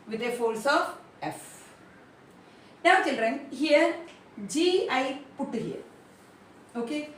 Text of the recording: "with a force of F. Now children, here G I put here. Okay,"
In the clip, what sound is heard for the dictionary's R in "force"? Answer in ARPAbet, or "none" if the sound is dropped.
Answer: L